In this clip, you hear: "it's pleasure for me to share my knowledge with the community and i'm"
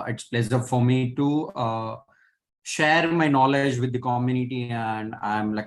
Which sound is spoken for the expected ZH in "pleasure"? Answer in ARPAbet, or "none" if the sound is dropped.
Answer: S